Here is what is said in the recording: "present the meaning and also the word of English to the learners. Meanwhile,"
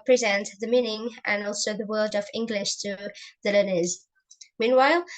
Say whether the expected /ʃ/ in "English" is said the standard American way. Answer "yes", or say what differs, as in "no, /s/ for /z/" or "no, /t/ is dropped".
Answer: yes